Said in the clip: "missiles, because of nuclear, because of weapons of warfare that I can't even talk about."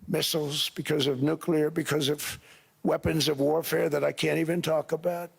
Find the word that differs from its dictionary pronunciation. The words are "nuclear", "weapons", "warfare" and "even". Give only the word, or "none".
none